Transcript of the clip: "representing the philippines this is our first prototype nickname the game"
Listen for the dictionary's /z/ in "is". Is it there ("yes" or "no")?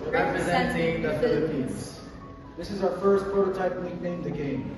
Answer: yes